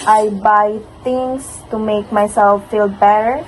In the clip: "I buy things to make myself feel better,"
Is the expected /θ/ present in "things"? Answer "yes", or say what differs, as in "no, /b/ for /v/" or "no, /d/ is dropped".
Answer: no, /t/ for /θ/